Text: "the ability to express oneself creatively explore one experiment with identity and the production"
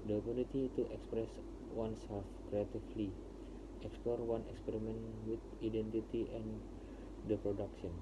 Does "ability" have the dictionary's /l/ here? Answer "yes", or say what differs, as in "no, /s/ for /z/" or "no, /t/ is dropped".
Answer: no, /n/ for /l/